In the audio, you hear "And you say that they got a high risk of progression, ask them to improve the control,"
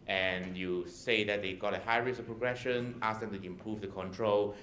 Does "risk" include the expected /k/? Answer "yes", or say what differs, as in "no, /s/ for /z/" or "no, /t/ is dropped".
no, /k/ is dropped